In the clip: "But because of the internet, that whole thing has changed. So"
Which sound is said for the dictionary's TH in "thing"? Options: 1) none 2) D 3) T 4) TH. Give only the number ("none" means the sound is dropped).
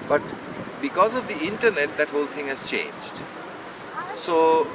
3